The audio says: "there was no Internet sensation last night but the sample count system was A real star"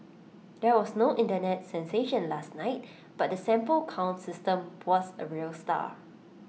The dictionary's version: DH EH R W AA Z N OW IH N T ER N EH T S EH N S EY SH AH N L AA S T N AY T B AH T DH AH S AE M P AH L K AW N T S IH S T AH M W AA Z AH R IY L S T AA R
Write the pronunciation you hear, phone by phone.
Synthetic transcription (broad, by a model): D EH W AA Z N OW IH N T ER N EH T S EH N S EY SH AH N L AA S T N AY T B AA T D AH S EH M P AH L K AW N T S IH S T AH M W AA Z AH R IY L S T AA